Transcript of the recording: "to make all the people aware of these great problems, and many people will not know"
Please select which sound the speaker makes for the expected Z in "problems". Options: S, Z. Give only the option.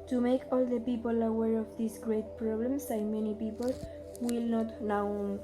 S